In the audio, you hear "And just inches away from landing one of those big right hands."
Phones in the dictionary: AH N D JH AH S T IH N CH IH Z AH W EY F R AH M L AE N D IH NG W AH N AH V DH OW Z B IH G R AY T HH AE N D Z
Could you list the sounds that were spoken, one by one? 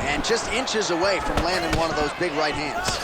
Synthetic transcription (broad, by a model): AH N JH AH S T IH N CH IH Z AH W EY F R AH M L AE N D IH NG W AH N AH V DH OW Z B IH G R AY T HH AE N D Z